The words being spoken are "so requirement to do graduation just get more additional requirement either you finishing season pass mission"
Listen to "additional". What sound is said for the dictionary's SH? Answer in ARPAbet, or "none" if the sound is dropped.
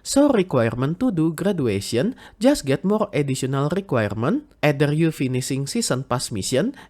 S